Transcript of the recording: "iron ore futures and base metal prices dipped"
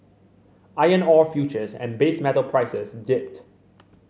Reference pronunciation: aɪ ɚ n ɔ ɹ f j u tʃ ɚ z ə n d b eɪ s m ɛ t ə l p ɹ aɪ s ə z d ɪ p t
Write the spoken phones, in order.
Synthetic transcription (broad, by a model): aɪ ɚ n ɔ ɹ f j u tʃ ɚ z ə n b eɪ s m ɛ t ə l p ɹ aɪ s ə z d ɪ p t